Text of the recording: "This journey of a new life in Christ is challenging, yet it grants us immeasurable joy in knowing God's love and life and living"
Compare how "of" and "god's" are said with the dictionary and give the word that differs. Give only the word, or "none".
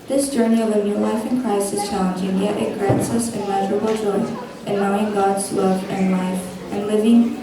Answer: none